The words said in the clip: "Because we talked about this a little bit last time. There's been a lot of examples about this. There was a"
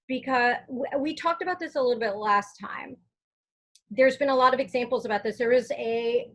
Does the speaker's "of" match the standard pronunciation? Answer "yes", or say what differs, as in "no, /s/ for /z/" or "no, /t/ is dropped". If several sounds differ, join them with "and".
yes